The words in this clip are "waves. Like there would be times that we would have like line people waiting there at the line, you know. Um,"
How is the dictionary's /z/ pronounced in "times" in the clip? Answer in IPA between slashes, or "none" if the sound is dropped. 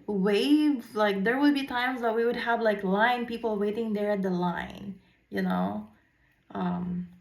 /z/